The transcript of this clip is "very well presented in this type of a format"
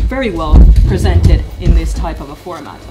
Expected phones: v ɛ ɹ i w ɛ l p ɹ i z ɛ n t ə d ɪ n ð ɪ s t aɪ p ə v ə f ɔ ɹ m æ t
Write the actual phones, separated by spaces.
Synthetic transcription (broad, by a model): v ɛ ɹ i w ɛ l p ɹ i z ɛ n t ə d ɪ n ð ɪ s t aɪ p ə v ə f ɔ ɹ m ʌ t